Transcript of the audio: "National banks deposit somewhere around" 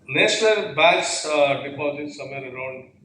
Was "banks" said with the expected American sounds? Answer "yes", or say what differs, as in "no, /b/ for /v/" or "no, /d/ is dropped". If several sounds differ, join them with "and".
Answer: no, /ŋ/ is dropped